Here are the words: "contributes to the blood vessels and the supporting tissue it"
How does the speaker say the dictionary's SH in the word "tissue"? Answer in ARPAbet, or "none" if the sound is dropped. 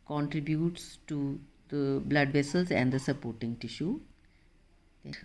SH